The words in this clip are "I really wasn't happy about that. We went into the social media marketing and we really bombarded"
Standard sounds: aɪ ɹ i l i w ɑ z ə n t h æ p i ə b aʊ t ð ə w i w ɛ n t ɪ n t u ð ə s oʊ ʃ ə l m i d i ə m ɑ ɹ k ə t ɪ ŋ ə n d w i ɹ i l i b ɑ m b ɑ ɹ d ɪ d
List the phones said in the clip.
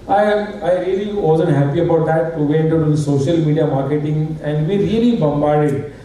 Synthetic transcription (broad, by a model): aɪ ɹ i l i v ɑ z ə n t h æ p i ə b aʊ t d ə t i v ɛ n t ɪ t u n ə s oʊ ʃ ə l m i d i ə m ɑ ɹ k ə t ɪ ŋ ə n d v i ɹ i l i b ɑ m b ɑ ɹ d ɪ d